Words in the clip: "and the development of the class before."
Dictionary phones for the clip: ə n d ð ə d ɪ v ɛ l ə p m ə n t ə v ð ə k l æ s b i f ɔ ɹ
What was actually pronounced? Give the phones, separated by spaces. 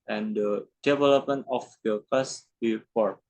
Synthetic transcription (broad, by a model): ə n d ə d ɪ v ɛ l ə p m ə n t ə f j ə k ɑ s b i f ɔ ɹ